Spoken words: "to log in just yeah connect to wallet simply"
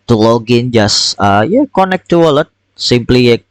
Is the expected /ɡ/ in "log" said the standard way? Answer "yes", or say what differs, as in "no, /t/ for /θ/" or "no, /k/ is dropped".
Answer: yes